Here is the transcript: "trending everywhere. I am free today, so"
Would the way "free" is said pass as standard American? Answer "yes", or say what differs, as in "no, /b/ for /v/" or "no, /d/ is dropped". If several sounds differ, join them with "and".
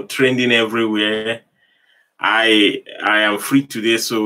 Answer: yes